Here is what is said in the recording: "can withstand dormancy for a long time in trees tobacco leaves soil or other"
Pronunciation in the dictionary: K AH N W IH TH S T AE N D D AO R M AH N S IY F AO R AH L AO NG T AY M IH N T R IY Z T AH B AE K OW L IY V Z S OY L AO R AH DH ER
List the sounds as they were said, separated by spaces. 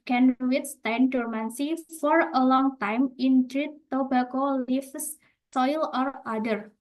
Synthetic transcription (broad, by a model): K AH N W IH T S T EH N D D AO R M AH N S IY F AO R AH L AO NG T AY M IH N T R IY T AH B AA K OW L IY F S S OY L AO R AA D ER